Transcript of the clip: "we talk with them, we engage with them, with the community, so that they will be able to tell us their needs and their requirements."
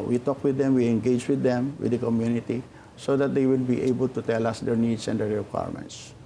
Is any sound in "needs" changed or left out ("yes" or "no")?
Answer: yes